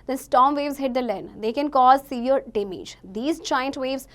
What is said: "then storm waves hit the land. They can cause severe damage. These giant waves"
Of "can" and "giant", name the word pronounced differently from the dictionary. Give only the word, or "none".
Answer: giant